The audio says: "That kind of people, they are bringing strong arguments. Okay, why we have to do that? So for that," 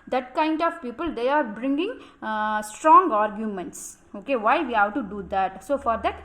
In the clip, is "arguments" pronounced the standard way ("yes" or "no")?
yes